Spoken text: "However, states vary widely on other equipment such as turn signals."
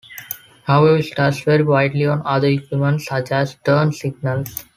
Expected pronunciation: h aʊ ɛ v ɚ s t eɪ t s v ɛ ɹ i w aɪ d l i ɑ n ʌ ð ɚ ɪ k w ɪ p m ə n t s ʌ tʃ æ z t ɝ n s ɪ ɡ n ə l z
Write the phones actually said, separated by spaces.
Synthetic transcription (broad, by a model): h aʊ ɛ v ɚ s t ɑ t s v ɛ ɹ i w aɪ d l i ɑ n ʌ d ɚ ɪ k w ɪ m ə n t s ʌ tʃ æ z t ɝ n s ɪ ɡ n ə l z